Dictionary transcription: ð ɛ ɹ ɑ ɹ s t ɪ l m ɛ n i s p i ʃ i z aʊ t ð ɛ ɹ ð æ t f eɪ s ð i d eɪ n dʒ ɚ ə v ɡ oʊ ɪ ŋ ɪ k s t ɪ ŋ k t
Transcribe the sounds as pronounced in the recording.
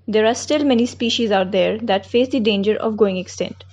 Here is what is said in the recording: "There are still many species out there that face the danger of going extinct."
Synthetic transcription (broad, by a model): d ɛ ɹ ɑ ɹ s t ɪ l m ɛ n i s p i ʃ i z aʊ t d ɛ ɹ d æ t f eɪ s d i d eɪ n dʒ ɚ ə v ɡ oʊ ɪ ŋ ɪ k s t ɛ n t